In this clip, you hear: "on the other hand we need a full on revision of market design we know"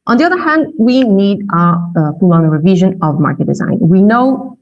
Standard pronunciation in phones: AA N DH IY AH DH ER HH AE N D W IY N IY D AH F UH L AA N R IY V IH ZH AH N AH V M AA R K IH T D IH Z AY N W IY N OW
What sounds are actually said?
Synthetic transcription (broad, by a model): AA N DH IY AH DH ER HH AE N D W IY N IY D AH P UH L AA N R IY V IH ZH AH N AH V M AA R K IH T D IH Z AY N W IY N OW